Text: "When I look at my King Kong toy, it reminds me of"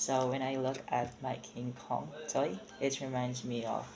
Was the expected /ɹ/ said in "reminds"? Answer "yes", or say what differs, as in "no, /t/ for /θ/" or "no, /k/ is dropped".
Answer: yes